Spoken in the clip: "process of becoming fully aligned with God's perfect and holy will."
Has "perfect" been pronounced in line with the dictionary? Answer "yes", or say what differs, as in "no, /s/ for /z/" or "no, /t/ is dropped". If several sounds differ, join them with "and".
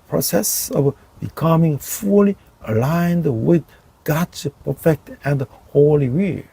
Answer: yes